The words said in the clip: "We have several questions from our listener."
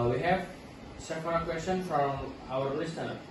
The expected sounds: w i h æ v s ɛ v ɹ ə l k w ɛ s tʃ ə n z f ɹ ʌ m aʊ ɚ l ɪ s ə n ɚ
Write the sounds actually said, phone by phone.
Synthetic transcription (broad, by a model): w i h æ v s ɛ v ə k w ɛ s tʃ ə n f ɹ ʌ m aʊ ɚ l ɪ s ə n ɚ